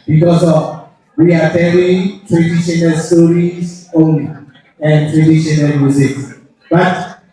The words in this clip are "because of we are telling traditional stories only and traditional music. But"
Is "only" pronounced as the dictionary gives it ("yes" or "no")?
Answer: no